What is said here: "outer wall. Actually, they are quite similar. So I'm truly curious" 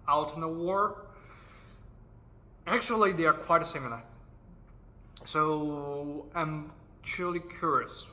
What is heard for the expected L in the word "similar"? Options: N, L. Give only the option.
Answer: N